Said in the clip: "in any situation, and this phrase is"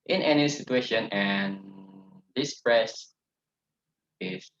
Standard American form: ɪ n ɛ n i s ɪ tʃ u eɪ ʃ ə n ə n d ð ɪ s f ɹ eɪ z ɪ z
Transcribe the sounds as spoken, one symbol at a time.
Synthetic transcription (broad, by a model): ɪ n ɛ n i s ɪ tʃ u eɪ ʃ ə n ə n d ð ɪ s p ɹ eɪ s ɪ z